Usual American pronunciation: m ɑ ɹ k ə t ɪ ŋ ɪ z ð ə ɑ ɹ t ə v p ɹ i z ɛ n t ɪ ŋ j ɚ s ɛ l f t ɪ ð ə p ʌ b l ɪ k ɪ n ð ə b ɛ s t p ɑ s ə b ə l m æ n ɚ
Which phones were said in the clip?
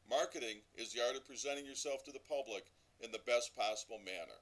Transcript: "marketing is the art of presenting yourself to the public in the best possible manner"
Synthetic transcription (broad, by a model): m ɑ ɹ k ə t ɪ ŋ ɪ z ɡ ɑ ɹ t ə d p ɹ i z ɛ t ɪ ŋ j ɚ s ɛ l f t ɪ ð ə p ʌ b l ɪ k ɪ n ð ə b ɛ s p ɑ s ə b l m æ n ɚ